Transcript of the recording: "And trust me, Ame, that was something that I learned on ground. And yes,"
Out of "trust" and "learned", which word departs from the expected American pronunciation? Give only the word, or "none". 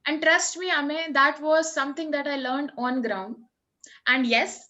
none